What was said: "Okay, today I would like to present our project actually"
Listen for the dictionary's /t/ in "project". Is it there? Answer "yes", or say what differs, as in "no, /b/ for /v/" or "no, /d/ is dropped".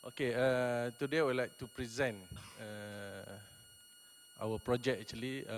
no, /t/ is dropped